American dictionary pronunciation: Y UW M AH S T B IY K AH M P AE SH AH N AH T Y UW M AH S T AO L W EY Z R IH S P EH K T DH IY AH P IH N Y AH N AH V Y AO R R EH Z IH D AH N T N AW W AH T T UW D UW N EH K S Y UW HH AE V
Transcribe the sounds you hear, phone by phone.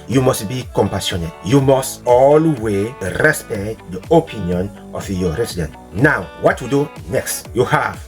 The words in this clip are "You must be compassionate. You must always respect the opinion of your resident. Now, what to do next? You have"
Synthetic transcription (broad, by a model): Y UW M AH S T B IY K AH M P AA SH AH N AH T Y UW M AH S T AO L W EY R IH S P EH K T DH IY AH P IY N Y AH N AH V Y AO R R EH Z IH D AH N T N AW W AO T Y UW D UW N EH K S Y UW HH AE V